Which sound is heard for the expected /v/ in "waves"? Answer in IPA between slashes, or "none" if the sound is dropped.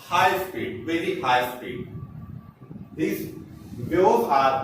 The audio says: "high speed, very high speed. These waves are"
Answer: none